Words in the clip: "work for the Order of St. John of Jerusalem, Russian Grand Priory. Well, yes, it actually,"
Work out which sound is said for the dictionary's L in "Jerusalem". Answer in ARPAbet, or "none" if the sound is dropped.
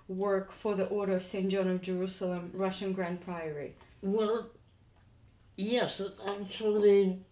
L